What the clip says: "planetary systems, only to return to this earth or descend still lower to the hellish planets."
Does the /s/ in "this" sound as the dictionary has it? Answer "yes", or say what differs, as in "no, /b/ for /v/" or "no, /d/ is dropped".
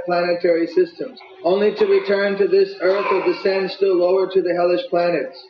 yes